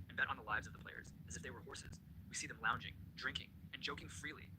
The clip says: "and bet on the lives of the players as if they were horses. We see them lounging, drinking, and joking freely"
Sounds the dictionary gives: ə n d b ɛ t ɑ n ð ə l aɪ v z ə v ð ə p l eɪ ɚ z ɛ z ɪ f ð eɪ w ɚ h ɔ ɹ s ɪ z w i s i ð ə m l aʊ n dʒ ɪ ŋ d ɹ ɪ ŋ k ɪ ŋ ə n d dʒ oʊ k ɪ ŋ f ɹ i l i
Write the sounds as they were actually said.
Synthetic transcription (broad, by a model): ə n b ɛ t n ð ə l aɪ v z ə v ð ə p l eɪ ɚ z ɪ z ɪ f ð eɪ w ɚ h ɔ ɹ s ɪ z w i s i ð ə m l aʊ n dʒ ɪ ŋ d ɹ ɪ ŋ k ɪ ŋ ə n dʒ oʊ k ɪ ŋ f ɹ i l i